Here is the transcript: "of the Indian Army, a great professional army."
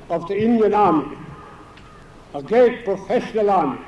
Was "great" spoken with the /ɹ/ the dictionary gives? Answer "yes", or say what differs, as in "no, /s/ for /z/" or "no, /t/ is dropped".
no, /ɹ/ is dropped